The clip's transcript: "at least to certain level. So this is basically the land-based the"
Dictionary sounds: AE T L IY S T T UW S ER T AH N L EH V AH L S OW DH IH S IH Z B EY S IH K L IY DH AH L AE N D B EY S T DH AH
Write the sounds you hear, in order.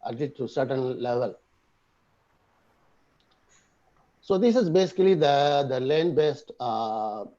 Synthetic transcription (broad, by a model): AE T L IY T T UW S ER T AH N L EH V AH L S OW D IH S IH Z B EY S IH K L IY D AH L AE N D B EY S T